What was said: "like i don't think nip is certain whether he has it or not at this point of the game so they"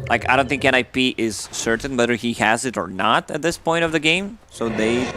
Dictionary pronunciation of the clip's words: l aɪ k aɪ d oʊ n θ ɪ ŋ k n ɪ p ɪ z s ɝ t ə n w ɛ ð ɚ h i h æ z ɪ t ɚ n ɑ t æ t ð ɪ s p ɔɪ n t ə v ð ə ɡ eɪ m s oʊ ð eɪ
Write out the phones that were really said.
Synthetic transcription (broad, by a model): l aɪ k aɪ d oʊ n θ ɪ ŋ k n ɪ p ɪ z s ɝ t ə n w ɛ ð ɚ h i h æ z ɪ t ɚ n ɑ t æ t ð ɪ s p ɔɪ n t ə v ð ə ɡ eɪ m s oʊ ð eɪ